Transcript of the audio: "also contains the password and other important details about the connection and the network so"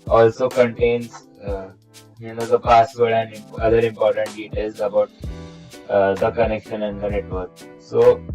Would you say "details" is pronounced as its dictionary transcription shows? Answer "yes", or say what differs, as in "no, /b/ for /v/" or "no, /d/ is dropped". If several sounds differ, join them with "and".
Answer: no, /l/ is dropped